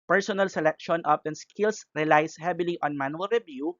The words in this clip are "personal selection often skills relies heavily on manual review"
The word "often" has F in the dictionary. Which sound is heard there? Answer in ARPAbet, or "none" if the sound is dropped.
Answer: P